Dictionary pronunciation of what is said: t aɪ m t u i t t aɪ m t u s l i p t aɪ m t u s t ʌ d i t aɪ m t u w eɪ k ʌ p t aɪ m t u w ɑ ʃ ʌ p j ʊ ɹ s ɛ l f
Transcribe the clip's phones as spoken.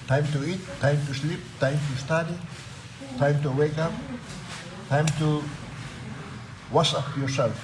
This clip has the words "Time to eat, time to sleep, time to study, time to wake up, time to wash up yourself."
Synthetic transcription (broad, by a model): t aɪ m t u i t t aɪ m t u s l i p t aɪ m t u s t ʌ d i t aɪ m t u w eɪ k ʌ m t aɪ m t u w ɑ s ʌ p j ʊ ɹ s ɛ l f